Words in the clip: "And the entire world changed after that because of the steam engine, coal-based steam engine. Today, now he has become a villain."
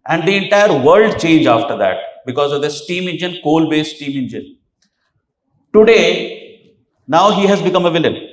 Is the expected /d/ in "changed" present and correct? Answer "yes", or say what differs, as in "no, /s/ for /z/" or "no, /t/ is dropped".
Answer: no, /d/ is dropped